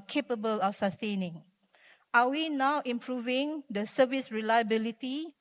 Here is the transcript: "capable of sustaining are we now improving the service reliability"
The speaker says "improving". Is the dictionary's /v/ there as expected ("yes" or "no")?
yes